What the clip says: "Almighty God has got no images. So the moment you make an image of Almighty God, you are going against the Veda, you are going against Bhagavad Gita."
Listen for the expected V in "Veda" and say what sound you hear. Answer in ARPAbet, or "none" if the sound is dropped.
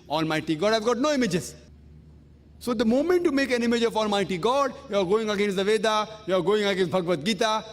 V